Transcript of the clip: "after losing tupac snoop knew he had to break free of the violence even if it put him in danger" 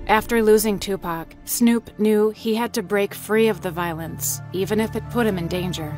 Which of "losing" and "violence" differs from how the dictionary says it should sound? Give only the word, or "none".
none